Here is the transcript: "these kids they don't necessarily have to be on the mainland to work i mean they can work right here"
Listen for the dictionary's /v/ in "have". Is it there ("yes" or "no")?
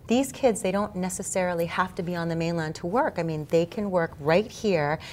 no